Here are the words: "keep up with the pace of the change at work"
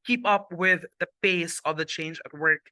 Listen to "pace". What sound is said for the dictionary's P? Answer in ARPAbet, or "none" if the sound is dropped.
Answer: B